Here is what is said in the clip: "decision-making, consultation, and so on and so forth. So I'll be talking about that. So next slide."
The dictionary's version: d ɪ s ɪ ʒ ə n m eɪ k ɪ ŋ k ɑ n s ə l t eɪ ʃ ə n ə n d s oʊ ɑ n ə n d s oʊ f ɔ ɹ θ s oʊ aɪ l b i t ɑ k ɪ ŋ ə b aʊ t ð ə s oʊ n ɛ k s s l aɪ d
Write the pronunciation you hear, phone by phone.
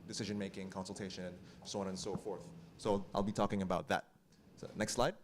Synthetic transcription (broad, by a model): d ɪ s ɪ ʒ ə n m eɪ k ɪ ŋ k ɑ n s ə l t eɪ ə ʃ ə n s oʊ ɑ n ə n s oʊ f ɔ ɹ θ s oʊ aɪ l b i t ɑ k ɪ ŋ ə b aʊ t ð ə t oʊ n ɛ k s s l aɪ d